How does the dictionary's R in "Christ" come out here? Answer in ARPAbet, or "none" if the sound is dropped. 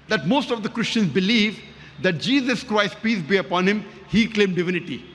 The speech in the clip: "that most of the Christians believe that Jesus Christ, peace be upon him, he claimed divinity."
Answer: R